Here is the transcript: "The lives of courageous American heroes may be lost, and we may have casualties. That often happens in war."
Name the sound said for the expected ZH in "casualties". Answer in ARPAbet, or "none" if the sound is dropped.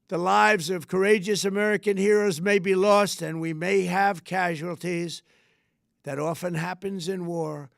ZH